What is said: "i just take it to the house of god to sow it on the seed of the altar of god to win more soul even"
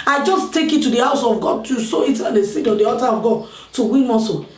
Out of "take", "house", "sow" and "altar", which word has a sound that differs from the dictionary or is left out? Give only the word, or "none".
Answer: altar